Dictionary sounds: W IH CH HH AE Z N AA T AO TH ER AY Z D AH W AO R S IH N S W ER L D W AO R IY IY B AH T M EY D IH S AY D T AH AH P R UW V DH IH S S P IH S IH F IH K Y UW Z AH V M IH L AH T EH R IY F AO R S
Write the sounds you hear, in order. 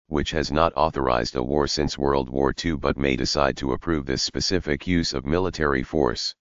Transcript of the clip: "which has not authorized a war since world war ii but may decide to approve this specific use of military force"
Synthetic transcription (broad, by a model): W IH CH HH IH Z N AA T AO TH ER AY Z D AH W AO R S IH N S W ER L D W AO R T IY B AH T M EY D IH S AY D T AH AH P R UW V DH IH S S P IH S IH F IH K Y UW Z AH V M IH L AH T EH R IY F AO R S